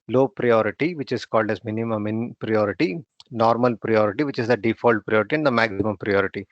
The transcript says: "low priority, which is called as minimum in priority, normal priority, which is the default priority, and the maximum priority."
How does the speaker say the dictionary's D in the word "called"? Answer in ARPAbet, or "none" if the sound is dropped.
D